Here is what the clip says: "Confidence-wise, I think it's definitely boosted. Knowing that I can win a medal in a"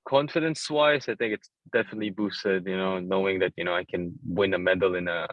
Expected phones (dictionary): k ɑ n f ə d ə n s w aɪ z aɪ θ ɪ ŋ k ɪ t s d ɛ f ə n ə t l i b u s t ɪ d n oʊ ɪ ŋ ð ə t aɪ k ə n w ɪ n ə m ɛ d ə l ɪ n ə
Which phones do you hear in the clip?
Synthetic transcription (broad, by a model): k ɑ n f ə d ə n s w aɪ s aɪ θ ɪ ŋ k ɪ t s d ɛ f ə n ə t l i b u s t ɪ d n oʊ ɪ ŋ ð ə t aɪ k ə n w ɪ n ə m ɛ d l ɪ n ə